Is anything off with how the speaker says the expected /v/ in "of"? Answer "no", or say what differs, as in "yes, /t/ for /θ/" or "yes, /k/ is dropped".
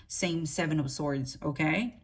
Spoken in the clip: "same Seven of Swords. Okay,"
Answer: yes, /p/ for /v/